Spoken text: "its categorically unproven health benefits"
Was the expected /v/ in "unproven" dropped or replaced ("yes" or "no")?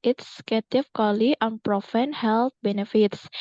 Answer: yes